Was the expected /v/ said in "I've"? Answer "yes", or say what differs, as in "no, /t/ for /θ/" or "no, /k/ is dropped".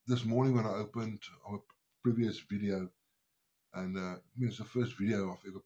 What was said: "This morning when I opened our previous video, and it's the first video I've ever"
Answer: no, /f/ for /v/